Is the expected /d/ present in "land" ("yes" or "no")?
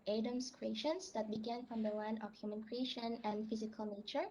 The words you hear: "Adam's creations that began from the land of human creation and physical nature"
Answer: no